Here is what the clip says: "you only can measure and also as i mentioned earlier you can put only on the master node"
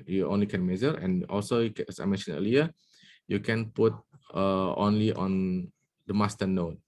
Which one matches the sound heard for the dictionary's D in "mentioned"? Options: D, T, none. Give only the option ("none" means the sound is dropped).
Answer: none